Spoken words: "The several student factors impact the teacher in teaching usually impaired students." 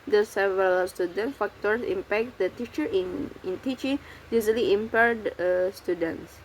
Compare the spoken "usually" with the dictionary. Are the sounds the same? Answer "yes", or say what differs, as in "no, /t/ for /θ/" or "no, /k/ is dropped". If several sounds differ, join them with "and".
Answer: no, /z/ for /ʒ/